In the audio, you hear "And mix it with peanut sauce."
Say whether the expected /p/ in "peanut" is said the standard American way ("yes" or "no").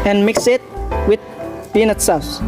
no